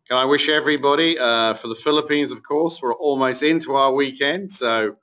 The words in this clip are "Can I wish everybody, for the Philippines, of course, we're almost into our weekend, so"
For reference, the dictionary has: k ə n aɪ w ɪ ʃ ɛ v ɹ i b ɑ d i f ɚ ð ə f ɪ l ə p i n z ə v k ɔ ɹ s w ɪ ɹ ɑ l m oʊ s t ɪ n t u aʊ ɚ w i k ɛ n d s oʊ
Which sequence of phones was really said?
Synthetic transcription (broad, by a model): k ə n aɪ w ɪ ʃ ɛ v ɹ i b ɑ d i f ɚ ð ə f ɪ l ə p i n z ə v k ɔ ɹ s w ɪ ɹ ɑ l m oʊ s t ɪ n t u aʊ ɚ w i k ɛ n d s oʊ